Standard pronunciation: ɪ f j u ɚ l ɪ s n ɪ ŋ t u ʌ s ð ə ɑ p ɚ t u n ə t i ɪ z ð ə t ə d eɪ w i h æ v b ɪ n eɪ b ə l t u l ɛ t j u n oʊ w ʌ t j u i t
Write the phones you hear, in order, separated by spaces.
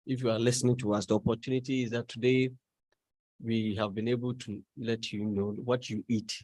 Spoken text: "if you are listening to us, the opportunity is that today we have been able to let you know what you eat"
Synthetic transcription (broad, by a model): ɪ f j u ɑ l ɪ s n ɪ ŋ t u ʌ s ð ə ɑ p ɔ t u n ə t i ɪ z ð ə t ə d eɪ w i h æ v b ɪ n eɪ b ə l t u l ɛ t j u n oʊ w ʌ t j u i t